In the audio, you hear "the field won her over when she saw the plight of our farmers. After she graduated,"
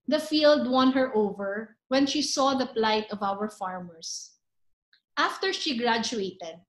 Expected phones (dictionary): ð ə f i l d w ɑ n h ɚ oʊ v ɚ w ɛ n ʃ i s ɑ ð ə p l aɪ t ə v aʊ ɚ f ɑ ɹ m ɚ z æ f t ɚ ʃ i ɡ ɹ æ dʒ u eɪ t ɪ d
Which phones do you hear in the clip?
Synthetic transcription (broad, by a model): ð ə f i l d w ɑ n h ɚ oʊ v ɚ w ɛ n ʃ i s ɑ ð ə p l aɪ t ə v aʊ ɚ f ɑ ɹ m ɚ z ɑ f t ɚ ʃ i ɡ ɹ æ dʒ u eɪ t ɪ d